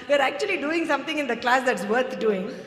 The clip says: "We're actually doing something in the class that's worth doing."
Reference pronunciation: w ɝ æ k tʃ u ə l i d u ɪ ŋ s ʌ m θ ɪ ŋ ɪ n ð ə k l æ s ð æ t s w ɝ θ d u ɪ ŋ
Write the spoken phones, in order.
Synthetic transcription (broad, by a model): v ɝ æ k tʃ u ə l i d u ɪ ŋ s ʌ m t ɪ ŋ ɪ n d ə k l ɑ s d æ t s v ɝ t d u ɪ ŋ